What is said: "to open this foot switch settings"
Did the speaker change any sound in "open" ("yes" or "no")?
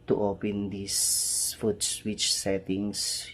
no